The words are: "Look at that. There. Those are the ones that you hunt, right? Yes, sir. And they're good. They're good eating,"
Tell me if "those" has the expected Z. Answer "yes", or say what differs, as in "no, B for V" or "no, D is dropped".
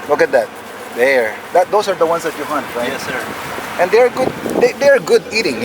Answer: no, S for Z